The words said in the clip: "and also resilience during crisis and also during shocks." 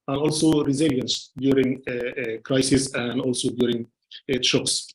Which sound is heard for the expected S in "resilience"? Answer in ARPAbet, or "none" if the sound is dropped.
S